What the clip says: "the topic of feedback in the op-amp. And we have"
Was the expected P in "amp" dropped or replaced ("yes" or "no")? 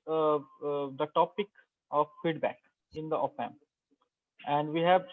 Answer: yes